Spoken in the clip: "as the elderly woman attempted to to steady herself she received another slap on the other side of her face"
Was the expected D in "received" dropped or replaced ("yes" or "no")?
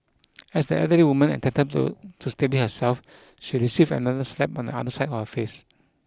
yes